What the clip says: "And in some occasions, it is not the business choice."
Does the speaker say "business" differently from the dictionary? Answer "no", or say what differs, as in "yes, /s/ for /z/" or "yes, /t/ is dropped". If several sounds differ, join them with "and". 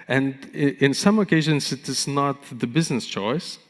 no